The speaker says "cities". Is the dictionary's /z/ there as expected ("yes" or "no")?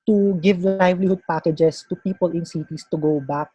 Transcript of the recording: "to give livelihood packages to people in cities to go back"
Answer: no